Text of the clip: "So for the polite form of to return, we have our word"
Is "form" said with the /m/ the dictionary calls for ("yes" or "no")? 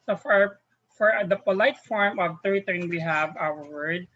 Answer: yes